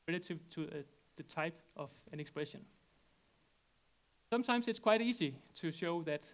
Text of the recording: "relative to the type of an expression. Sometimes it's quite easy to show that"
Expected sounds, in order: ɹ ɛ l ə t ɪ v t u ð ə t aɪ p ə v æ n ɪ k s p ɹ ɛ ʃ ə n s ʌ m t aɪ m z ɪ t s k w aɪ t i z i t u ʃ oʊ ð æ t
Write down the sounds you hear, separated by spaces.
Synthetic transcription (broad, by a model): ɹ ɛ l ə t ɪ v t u ð ə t aɪ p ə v æ n ɪ k s p ɹ ɛ ʃ ə n s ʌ m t aɪ m s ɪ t s k w aɪ t i s i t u ʃ oʊ ð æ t